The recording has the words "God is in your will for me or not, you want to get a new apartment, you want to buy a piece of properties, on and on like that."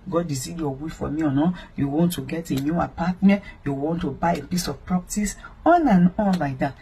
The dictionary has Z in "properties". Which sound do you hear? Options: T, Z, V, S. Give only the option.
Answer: S